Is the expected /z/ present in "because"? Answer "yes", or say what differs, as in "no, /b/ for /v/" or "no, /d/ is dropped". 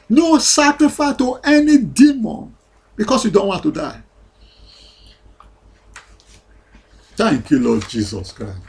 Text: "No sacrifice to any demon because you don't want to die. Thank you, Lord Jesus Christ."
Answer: no, /s/ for /z/